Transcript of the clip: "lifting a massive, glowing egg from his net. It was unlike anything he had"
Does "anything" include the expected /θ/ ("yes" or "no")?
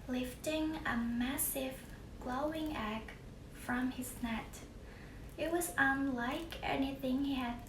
yes